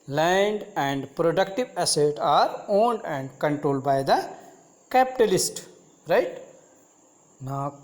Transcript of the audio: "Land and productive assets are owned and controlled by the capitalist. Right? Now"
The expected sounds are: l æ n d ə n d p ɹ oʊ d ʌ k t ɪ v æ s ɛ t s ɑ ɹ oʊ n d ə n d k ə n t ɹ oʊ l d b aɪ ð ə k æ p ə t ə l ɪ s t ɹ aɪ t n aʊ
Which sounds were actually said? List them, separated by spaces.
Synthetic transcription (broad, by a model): l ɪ n d ə n d p ɹ oʊ d ʌ k t ɪ v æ s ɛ t ɑ ɹ oʊ n d ə n d k ə n t ɹ oʊ l d b aɪ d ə k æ p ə t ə l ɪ s t ɹ aɪ t n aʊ